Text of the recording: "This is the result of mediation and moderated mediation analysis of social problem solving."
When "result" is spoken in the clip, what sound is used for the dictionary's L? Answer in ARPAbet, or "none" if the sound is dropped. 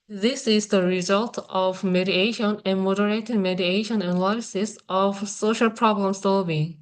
L